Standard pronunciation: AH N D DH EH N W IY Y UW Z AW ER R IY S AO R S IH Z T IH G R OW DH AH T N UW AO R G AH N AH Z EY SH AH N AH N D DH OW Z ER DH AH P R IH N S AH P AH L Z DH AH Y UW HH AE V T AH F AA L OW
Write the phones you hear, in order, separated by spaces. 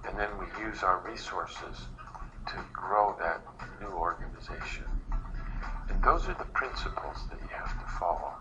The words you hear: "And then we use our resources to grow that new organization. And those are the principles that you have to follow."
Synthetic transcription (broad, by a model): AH N DH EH N W IY Y UW Z AW ER R IY S AO R S IH Z T IH G R OW DH AH T N UW AO R G AH N AH Z EY SH AH N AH N DH OW Z ER DH AH P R IH N S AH P L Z DH AH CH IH HH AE F T AH F AA L OW